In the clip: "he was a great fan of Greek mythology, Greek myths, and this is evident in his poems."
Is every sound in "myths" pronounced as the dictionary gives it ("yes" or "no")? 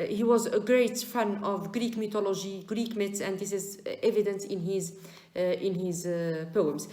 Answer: no